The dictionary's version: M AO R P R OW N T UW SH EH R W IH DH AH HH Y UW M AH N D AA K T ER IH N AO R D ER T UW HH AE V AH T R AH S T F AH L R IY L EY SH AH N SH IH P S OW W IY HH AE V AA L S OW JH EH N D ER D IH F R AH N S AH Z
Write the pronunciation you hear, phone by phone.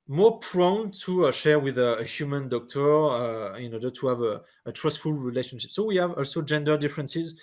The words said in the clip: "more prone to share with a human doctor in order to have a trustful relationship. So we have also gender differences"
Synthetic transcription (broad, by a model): M AO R P R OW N T UW SH EH R W IH DH AH HH Y UW M AH N D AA K T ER IH N AO R D ER T UW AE V AH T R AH S T F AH L R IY L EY SH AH N SH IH P S OW W IY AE V AA L S OW JH EH N D ER D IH F R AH N S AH Z